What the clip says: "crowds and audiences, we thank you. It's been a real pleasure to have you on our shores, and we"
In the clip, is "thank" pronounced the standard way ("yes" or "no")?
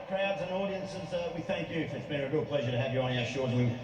yes